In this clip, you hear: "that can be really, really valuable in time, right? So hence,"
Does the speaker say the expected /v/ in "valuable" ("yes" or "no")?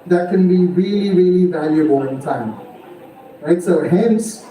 yes